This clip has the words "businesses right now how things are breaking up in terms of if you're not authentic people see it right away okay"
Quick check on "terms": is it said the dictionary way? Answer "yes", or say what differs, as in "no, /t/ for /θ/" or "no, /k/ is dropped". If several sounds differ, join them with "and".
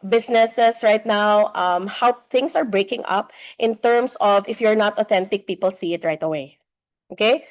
no, /s/ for /z/